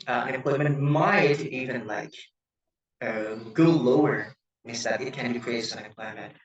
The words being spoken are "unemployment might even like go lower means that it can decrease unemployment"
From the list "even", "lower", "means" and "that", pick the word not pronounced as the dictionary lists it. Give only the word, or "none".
means